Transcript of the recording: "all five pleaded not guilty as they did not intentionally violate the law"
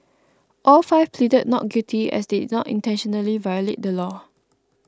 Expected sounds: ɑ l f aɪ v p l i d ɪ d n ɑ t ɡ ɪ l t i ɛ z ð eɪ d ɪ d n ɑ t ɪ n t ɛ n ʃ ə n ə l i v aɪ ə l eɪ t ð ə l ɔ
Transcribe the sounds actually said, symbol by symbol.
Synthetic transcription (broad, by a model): ɑ l f aɪ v p l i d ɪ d n ɑ t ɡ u t i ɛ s d ɪ d n ɑ t ɪ n t ɛ n ʃ ə n ə l i v aɪ ə l eɪ t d ə l ɔ